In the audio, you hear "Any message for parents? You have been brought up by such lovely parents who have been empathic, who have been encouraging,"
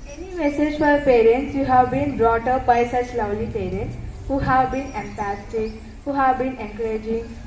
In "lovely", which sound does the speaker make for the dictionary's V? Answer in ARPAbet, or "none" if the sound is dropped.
W